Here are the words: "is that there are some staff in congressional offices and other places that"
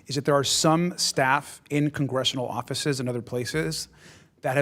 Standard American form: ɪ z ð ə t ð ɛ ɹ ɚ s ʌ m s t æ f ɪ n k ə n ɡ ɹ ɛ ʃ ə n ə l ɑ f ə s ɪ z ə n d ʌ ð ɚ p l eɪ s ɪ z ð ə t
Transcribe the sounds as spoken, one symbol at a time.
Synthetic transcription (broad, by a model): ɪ z ð ə t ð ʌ ɹ s ʌ m s t æ f ɪ n k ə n ɡ ɹ ɛ ʃ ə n l ɑ f ə s ɪ z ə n ʌ ð ɚ p l eɪ s ɪ z ð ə t